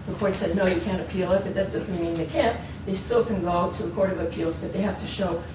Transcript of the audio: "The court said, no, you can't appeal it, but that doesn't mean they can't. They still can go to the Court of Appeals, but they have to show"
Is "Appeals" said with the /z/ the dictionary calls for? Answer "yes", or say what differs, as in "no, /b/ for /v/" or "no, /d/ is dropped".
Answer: yes